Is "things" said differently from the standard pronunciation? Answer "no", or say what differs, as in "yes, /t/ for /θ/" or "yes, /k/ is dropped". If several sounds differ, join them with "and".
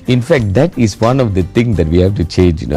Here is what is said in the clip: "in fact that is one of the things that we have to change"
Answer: yes, /t/ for /θ/